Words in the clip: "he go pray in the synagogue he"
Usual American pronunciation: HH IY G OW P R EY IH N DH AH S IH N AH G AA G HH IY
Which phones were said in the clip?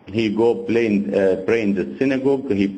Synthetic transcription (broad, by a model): HH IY G OW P L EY IH N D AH S IH N AH G AA G HH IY